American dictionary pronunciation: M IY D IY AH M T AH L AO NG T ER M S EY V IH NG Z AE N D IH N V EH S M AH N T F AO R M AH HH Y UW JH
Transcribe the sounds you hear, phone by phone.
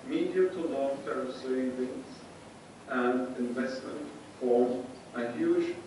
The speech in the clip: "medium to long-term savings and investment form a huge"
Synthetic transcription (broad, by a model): M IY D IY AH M T AH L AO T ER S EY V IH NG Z AE N D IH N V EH S M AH N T F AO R AH HH Y UW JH